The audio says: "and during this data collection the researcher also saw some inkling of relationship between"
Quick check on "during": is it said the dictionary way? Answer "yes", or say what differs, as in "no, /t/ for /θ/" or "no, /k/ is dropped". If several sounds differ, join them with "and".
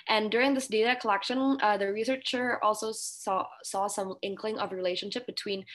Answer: yes